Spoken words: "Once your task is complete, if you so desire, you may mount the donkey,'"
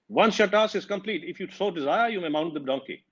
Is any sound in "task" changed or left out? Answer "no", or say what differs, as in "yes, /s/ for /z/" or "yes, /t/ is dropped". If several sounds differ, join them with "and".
yes, /k/ is dropped